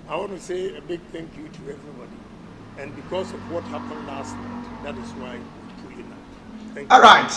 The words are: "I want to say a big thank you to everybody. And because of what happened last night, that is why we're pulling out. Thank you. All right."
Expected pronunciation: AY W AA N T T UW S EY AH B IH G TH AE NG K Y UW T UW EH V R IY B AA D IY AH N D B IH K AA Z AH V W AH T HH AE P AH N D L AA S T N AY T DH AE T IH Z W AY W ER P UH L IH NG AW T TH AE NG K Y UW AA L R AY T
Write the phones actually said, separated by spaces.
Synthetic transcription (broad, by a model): AY W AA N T T UW S EY AH B IH G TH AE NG K Y UW T UW EH V R IY B AA D IY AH N B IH K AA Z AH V W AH T HH AE P AH N D L AA S T N AY T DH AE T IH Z W AY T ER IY N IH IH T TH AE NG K AA L R AY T